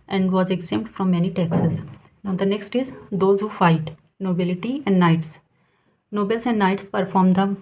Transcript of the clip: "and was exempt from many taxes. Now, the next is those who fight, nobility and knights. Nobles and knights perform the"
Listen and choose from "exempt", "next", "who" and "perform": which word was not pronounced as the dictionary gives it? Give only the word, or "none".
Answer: exempt